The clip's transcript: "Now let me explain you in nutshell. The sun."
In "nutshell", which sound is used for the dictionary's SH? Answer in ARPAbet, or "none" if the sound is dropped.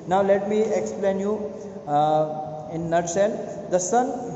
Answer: S